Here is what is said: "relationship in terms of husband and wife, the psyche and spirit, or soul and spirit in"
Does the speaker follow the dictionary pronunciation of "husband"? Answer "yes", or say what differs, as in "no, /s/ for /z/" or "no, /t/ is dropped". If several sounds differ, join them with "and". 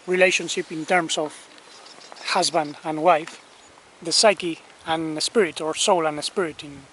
yes